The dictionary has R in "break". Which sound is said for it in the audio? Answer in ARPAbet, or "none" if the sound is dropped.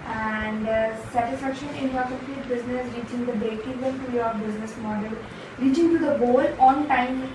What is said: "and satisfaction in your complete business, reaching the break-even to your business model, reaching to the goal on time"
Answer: none